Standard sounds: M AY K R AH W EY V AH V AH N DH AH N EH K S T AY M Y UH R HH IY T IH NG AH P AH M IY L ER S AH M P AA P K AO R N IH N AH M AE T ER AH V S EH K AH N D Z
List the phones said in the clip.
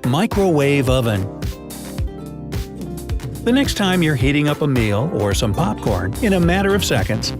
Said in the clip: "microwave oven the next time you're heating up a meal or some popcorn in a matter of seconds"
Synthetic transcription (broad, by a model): M AY K R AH W EY V AH V AH N DH AH N EH K S T AY M Y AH R HH IY T IH NG AH P AH M IY L ER S AH M P AA P K AO R N IH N AH M AE T ER AH V S EH K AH N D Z